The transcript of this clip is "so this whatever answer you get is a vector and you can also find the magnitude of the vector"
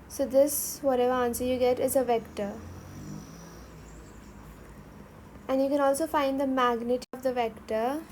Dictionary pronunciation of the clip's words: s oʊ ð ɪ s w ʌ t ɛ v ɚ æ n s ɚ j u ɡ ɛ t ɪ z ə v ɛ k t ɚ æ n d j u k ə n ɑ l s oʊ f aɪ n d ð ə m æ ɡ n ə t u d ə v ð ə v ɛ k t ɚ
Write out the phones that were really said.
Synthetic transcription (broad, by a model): s oʊ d ɪ s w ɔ t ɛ v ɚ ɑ n s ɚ j u ɡ ɛ t ɪ z ə v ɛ k t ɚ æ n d j u k ə n ɑ l s oʊ f aɪ n d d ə m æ ɡ n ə t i ə v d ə v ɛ k t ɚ